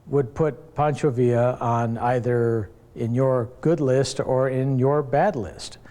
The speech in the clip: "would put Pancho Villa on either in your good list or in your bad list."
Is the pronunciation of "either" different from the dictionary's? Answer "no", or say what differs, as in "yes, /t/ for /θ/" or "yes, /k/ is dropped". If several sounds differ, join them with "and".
no